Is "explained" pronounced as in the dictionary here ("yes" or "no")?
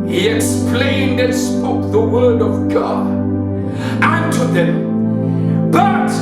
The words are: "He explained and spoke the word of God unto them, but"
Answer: yes